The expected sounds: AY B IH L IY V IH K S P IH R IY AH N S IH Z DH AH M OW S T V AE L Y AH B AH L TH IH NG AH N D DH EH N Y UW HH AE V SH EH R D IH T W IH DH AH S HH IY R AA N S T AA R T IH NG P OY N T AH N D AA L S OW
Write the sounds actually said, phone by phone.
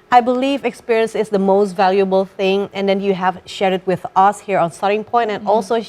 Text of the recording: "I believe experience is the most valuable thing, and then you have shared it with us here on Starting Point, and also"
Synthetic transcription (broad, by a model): AY B IH L IY V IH K S P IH R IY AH N S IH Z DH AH M OW S T V AE L Y AH B AH L TH IH NG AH N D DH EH N Y UW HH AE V SH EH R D IH T W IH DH AH S HH IY R AA N S T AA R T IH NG P OY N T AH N AA L S OW